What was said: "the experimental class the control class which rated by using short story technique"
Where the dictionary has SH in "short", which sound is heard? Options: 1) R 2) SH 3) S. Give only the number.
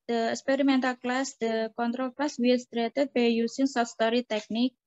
3